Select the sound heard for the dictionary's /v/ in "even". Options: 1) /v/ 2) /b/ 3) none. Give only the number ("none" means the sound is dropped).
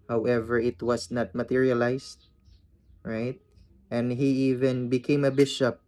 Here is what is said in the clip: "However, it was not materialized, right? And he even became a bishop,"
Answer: 1